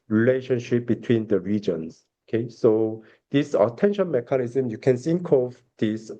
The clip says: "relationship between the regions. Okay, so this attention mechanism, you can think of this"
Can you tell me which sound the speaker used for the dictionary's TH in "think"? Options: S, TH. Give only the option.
S